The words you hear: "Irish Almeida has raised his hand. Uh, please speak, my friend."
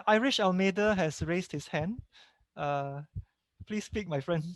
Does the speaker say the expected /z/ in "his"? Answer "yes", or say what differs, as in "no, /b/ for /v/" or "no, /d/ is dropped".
no, /s/ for /z/